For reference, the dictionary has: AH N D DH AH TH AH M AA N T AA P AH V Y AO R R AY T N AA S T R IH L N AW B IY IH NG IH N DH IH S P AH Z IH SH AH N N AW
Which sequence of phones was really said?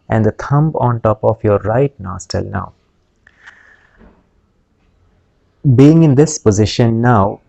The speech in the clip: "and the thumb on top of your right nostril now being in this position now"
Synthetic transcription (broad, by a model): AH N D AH T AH M AA N T AA P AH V Y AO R R AY T N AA S T IH L N AW B IY IH NG IH N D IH S P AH Z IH SH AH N N AW